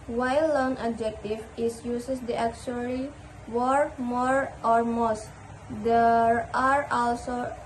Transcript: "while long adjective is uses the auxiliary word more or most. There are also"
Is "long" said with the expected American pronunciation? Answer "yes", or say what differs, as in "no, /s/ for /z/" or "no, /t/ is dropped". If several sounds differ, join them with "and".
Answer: no, /n/ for /l/